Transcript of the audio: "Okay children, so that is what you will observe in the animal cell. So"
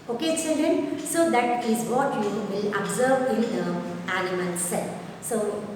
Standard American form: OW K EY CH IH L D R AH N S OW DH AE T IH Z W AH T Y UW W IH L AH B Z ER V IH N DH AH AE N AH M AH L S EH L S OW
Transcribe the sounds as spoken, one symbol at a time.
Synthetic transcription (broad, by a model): OW K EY S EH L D AH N S OW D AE T IH Z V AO T Y UW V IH L AH B Z ER V IH N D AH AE L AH M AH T S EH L S OW